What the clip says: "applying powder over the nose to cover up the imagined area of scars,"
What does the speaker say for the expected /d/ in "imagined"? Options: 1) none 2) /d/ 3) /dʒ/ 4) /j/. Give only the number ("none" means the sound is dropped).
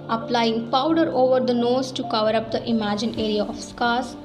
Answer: 1